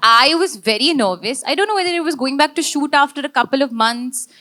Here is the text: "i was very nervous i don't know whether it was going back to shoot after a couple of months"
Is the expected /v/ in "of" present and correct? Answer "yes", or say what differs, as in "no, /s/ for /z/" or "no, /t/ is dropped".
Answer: yes